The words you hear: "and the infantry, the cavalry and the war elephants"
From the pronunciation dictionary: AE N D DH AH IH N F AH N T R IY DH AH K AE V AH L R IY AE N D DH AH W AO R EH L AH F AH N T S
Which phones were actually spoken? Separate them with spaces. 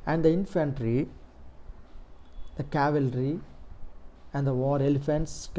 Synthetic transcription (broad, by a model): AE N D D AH IH N F AH N T R IY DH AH K AE V AH L R IY AE N D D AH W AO R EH L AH F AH N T S